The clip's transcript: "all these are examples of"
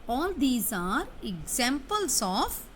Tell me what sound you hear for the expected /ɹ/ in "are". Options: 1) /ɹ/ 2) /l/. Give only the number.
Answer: 1